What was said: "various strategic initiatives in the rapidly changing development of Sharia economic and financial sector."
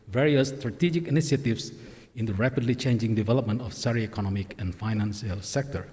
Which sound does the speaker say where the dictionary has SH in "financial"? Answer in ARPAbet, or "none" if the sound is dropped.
S